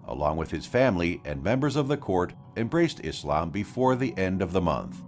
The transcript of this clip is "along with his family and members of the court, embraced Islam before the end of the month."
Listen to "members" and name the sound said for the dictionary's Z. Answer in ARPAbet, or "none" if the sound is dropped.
Z